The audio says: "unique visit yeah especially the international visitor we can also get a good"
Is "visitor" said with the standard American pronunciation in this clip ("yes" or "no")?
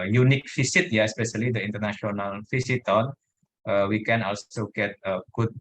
no